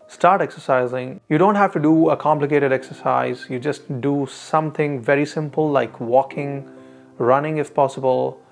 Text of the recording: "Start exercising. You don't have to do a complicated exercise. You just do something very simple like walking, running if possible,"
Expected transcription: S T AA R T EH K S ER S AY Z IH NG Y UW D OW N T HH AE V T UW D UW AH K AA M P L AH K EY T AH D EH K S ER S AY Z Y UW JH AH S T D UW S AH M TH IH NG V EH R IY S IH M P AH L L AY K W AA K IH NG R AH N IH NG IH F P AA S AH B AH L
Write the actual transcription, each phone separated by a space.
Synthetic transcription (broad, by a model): S T AA R T EH K S ER S AY Z IH NG Y UW D OW N T HH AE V T UW D UW AH K AA M P L AH K EY T AH D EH K S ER S AY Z Y UW JH AH S T D UW S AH M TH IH NG V EH R IY S IH M P AH L L AY K W AA K IH NG R AH N IH NG IH F P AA S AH B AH L